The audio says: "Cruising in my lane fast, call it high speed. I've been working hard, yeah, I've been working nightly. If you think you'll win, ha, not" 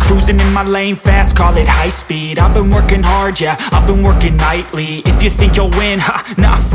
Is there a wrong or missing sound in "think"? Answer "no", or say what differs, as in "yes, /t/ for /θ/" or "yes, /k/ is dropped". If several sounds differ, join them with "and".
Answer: no